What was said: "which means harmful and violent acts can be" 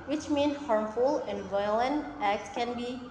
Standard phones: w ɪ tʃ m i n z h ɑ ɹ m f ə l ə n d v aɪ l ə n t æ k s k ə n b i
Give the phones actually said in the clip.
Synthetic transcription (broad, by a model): w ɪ tʃ m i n h ɑ ɹ m f ə l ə n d v aɪ l ə n t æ k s k ə n b i